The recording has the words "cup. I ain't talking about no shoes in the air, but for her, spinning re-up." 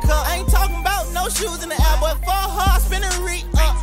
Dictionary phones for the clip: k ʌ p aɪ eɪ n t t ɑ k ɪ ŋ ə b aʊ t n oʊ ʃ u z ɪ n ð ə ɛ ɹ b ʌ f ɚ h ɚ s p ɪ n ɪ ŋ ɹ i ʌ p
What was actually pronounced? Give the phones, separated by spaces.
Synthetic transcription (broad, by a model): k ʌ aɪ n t t ɑ k ɪ ŋ ə b aʊ t n oʊ ʃ u z ɪ n ð ə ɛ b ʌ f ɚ h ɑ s b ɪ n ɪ ɹ i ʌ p